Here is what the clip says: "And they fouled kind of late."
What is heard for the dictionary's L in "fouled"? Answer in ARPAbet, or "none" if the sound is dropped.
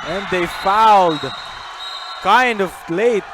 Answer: L